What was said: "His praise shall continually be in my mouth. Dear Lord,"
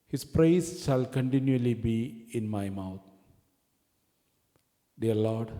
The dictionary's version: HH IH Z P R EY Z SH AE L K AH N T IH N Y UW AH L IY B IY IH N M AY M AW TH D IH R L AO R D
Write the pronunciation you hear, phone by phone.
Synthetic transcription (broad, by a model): HH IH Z P R EY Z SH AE L K AH N T IH N Y UW AH L IY B IY IH N M AY M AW T D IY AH L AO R D